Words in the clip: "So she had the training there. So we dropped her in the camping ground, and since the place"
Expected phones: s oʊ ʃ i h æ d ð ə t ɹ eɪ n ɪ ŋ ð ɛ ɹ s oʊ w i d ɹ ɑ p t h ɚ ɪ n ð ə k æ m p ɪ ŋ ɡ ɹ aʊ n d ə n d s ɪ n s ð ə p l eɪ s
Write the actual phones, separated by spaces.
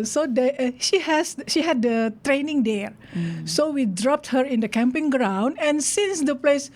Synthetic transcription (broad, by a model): s oʊ ʃ i h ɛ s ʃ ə t ɹ eɪ n ɪ ŋ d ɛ ɹ s oʊ w i d ɹ ɑ p t h ɚ ɪ n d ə k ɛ m p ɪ ŋ ɡ ɹ aʊ n d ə n s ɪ n s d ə p l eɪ s